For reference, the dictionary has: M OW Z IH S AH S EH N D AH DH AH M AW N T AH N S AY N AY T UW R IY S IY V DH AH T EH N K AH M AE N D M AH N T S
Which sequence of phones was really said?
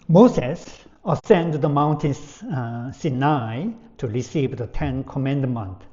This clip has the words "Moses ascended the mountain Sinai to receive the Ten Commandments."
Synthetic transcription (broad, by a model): M OW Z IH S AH S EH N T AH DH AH M AW N T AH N S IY N AY T UW R IY S IY V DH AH T EH N K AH M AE N D M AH N T